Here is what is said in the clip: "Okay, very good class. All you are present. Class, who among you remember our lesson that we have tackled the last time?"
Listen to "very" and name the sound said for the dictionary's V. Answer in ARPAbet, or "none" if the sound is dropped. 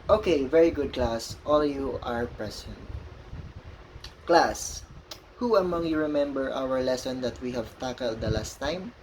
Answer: V